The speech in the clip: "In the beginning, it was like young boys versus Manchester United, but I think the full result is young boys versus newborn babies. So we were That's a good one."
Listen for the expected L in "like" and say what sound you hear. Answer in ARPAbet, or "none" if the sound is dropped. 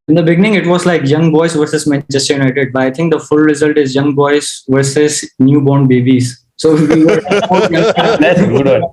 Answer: L